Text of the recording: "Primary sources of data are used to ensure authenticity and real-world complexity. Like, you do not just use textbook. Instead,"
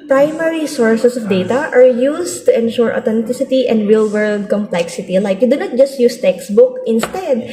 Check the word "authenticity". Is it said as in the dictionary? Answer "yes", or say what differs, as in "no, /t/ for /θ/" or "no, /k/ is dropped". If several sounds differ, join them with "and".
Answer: no, /t/ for /θ/